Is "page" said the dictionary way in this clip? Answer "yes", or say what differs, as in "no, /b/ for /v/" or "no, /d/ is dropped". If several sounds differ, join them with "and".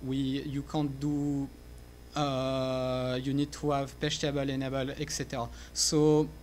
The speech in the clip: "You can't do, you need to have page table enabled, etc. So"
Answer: no, /ʃ/ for /dʒ/